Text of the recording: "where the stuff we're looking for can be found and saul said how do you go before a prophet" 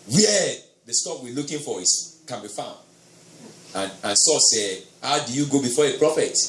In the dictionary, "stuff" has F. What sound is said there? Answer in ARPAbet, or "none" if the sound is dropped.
P